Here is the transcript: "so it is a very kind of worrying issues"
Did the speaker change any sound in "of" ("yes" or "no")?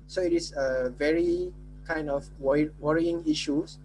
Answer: yes